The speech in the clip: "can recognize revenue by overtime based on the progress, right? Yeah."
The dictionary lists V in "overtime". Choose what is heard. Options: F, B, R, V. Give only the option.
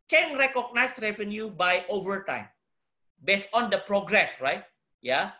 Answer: V